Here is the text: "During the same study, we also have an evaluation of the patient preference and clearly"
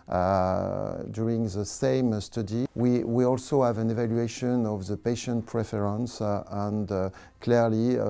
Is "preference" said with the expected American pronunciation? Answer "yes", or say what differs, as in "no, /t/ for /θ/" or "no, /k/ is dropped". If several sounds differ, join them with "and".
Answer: yes